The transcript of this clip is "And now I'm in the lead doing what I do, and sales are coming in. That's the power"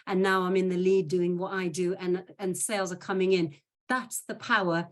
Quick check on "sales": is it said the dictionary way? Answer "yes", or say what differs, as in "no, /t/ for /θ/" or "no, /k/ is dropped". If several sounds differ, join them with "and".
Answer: yes